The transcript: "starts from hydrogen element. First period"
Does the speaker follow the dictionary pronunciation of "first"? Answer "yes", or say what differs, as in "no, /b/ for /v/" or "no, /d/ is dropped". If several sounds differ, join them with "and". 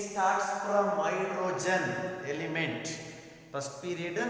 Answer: no, /p/ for /f/